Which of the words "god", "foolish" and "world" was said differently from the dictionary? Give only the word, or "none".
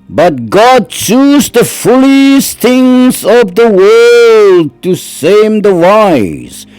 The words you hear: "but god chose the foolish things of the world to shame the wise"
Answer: foolish